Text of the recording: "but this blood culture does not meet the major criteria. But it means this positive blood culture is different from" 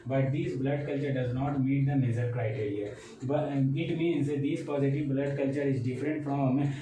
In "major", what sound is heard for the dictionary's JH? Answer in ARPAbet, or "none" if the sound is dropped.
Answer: Z